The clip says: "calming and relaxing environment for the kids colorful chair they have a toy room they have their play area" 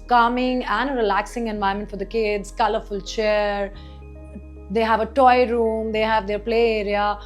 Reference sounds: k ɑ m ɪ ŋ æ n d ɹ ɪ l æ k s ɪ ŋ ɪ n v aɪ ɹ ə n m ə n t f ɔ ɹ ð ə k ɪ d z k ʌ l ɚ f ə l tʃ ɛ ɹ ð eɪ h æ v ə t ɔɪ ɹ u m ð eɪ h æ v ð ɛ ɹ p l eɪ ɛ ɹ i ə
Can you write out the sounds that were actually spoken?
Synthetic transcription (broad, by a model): k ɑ m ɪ ŋ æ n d ɹ ɪ l æ k s ɪ ŋ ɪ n v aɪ ə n m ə n t f ɔ ɹ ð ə k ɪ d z k ʌ l ɚ f ə l tʃ ɛ ɹ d eɪ h æ v ə t ɔɪ ɹ u m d eɪ h æ v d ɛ ɹ p l eɪ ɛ ɹ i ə